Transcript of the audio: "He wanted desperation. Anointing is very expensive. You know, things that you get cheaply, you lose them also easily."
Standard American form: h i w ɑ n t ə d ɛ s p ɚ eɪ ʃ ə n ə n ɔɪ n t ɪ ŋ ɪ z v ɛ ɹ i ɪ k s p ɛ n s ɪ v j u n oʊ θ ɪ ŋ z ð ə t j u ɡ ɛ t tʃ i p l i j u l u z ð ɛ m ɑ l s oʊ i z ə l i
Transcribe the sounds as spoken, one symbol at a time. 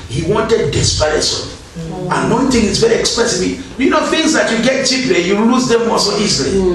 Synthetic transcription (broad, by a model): h i w ɑ n t ə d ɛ s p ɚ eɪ s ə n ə n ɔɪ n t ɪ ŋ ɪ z v ɛ ɹ i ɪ k s p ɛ s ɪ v j u n oʊ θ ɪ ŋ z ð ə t j u ɡ ɛ t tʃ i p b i j u l u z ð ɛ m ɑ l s oʊ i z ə l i